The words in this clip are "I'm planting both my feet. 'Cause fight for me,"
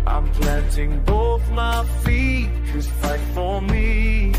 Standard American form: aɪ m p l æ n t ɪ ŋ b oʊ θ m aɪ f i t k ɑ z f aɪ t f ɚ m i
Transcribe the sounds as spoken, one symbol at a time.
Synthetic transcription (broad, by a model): aɪ m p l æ n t ɪ ŋ b oʊ θ m aɪ f i t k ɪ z f aɪ t f ɚ m i